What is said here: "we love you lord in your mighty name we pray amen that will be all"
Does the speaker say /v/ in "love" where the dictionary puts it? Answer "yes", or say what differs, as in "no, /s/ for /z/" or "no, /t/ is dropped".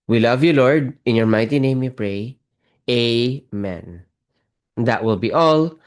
yes